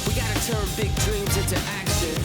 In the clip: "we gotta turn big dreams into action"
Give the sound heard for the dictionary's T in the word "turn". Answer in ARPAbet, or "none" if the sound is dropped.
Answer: T